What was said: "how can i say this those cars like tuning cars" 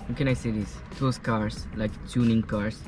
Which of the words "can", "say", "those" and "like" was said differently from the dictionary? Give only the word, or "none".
those